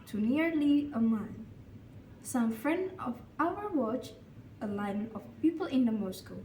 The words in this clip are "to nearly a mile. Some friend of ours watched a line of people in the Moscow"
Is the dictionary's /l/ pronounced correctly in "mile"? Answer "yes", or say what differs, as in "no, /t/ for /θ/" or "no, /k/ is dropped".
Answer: no, /n/ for /l/